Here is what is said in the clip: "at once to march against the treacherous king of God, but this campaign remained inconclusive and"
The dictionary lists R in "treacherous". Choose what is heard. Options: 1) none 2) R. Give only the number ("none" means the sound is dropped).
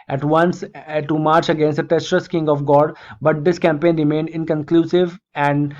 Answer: 1